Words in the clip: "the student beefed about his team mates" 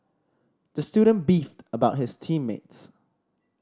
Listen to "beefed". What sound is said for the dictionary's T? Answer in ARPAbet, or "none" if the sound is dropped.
T